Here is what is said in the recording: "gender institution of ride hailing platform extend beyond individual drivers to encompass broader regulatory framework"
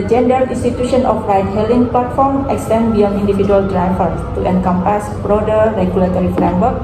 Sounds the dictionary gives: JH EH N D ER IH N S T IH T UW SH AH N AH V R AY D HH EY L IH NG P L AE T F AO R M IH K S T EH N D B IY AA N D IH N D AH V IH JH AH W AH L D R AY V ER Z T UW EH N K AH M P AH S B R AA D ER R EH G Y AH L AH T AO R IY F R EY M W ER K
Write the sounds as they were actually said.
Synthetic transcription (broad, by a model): JH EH N D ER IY N S T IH T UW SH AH N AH F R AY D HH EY L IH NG P L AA T F AO R M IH K S T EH N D B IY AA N IY N D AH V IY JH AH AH L D R AY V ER T UW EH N K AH M P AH S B R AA D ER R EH G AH L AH T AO R IY F R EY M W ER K